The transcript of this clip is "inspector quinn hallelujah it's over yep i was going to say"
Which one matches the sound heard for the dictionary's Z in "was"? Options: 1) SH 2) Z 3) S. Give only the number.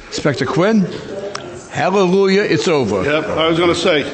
2